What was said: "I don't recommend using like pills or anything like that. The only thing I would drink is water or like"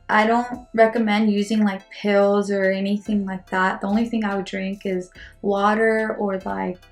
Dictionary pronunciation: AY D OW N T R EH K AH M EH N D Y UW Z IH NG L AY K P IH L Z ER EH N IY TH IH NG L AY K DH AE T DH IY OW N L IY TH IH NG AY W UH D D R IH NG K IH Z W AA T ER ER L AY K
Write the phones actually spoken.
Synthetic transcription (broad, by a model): AY D OW N T R EH K AH M EH N D Y UW Z IH NG L AY K P IH L Z ER EH N IY TH IH NG L AY K DH AE T DH IY OW N L IY TH IH NG AY W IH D D R IH NG K IH Z W AA T ER ER L AY K